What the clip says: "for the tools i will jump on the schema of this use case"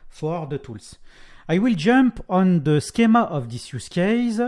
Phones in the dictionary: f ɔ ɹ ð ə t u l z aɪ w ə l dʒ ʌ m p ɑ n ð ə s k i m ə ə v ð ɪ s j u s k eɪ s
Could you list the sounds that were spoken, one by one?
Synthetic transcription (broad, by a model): f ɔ ɹ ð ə t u l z aɪ w ə l dʒ ʌ m p ɑ n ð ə s k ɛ m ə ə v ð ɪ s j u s k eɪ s